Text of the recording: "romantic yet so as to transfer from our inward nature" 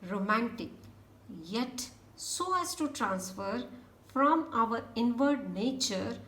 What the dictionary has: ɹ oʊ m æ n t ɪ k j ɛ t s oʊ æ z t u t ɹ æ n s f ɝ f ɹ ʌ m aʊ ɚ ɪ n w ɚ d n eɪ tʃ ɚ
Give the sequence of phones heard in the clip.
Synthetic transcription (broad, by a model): ɹ oʊ m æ n t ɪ k j ɛ t s oʊ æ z t u t ɹ æ n s f ɝ f ɹ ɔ m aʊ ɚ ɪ n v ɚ d n eɪ tʃ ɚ